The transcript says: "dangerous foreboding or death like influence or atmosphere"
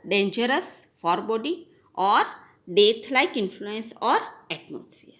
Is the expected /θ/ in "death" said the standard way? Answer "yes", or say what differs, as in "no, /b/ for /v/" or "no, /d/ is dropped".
no, /t/ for /θ/